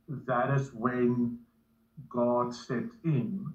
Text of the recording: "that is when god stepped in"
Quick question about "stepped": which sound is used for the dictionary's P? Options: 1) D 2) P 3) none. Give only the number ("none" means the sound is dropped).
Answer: 3